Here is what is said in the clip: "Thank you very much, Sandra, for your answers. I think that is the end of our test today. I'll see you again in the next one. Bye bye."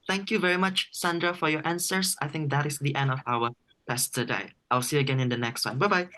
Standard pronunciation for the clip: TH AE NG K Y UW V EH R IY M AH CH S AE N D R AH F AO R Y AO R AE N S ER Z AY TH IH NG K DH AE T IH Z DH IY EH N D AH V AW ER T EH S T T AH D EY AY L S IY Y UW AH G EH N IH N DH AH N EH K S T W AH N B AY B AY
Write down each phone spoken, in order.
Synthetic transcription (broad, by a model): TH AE NG K Y UW V EH R IY M AH CH S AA N D R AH F AO R Y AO R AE N S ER S AY TH IH NG K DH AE T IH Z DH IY EH N D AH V AW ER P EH S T T AH D EY AY L S IY AH G EH N IH N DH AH N EH K S T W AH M B AY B AY